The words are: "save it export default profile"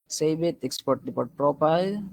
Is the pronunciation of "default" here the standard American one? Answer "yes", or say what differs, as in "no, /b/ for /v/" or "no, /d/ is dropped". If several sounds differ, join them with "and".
no, /p/ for /f/